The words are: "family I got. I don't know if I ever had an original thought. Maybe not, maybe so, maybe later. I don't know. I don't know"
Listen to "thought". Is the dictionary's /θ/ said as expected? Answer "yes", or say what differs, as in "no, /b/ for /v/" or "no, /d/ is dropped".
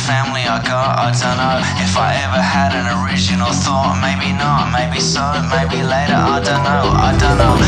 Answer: yes